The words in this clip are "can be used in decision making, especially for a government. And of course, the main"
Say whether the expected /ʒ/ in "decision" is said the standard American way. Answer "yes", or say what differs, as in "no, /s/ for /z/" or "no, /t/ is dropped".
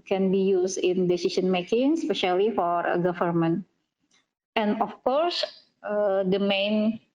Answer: no, /s/ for /ʒ/